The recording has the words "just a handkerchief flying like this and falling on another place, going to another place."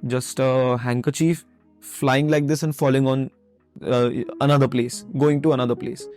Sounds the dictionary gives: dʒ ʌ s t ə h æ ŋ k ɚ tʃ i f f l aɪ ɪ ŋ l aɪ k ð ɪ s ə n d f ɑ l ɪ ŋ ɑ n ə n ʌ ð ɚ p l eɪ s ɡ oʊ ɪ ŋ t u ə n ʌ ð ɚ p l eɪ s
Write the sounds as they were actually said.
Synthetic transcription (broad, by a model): dʒ ʌ s t ə h æ ŋ k ɚ tʃ i f f l aɪ ɪ ŋ l aɪ k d ɪ s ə n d f ɑ l ɪ ŋ ɑ n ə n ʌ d ɚ p l eɪ s ɡ oʊ ɪ ŋ t u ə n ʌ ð ɚ p l eɪ s